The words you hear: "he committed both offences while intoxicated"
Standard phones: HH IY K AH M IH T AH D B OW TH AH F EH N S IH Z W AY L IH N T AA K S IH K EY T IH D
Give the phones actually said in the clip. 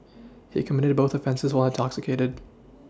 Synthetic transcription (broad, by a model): HH IY K AH M IH T AH D B OW TH AH F EH N S IH Z W AY L IH N T AA K S IH K EY T IH D